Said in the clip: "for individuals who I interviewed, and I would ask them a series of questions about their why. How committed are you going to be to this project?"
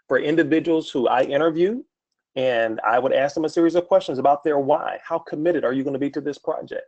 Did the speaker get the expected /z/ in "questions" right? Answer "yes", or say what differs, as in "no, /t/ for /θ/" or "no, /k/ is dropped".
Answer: yes